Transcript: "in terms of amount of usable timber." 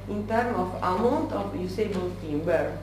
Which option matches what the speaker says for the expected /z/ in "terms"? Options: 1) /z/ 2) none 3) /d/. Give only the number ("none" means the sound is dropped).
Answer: 2